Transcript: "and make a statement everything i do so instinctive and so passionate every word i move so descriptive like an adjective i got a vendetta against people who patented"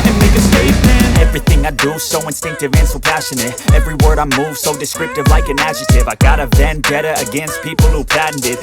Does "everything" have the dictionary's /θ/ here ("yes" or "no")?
yes